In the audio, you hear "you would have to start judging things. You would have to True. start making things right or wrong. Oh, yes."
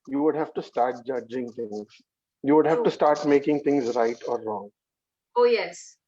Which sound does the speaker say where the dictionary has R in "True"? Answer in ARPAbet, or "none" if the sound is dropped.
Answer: none